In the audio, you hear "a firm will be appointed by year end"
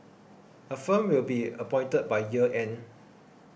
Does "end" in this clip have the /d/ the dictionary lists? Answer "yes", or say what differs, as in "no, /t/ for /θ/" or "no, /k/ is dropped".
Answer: no, /d/ is dropped